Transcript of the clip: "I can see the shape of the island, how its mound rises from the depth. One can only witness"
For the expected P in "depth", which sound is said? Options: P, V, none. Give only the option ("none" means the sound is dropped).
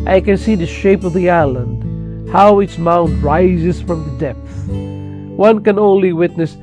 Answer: P